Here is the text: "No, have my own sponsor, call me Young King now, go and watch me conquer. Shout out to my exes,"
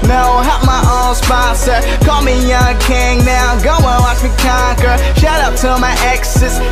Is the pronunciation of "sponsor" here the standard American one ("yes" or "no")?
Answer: no